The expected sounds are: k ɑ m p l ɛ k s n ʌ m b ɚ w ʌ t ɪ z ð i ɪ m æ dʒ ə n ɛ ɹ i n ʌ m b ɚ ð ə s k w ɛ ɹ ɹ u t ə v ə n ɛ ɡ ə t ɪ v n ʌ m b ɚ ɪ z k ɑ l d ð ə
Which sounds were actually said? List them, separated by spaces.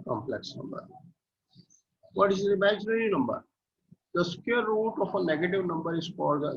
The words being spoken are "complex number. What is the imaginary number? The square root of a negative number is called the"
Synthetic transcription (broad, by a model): k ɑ m p l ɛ k s n ʌ m b ɚ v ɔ t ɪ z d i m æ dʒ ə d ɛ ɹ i n ʌ m b ɚ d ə s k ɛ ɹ ɹ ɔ t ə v ə n ɛ ɡ ə t ɪ v n ʌ m b ɚ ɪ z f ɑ d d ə